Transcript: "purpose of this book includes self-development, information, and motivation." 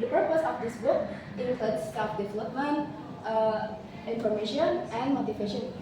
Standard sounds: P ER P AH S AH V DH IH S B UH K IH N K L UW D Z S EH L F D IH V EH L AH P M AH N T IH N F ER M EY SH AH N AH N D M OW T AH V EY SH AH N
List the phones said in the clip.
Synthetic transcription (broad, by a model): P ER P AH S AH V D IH S B UH K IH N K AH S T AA F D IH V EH L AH P M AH N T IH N F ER M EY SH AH N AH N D M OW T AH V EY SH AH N